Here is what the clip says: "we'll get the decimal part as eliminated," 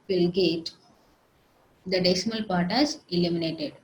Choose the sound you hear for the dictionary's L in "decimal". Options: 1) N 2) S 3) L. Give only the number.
3